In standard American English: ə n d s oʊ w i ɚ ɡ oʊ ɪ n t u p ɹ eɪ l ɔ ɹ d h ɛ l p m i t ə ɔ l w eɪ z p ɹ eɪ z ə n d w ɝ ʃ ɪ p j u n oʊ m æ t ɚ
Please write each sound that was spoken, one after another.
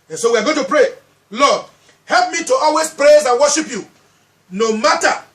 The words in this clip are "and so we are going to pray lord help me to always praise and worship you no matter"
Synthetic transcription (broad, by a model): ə n s oʊ w i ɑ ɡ oʊ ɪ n t u p ɹ eɪ l ɔ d h ɛ l p m i t ə ɔ l w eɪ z p ɹ eɪ z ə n w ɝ ʃ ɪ p j u n oʊ m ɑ t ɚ